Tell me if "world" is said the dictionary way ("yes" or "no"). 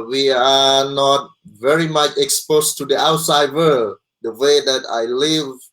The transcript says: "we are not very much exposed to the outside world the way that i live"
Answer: no